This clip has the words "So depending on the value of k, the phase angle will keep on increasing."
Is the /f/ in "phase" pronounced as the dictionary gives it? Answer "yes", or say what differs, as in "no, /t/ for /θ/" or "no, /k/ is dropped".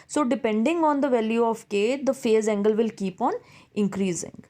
yes